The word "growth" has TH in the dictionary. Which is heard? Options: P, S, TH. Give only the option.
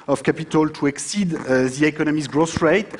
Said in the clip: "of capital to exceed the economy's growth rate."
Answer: S